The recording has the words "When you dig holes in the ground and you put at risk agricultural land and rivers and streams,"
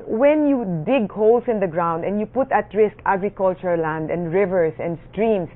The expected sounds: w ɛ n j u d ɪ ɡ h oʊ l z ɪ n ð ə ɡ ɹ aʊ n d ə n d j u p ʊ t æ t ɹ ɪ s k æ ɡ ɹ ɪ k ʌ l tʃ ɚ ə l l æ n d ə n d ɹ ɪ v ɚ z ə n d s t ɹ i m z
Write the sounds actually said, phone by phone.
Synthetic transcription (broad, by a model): w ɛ n j u d ɪ ɡ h oʊ l s ɪ n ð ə ɡ ɹ aʊ n d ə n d j u p ʊ t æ t ɹ ɪ s k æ ɡ ɹ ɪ k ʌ l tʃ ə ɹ l æ n d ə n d ɹ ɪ v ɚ s ə n d s t ɹ i m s